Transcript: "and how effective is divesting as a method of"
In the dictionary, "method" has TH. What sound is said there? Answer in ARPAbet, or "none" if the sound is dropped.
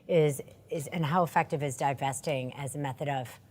TH